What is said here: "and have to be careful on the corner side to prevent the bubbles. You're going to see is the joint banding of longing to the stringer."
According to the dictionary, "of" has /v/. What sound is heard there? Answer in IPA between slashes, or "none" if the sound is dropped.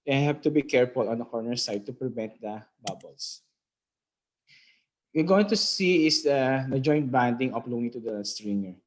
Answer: /p/